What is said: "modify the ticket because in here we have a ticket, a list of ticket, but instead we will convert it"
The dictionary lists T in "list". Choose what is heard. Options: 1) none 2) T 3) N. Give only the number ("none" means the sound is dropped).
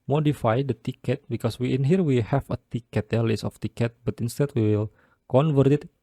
1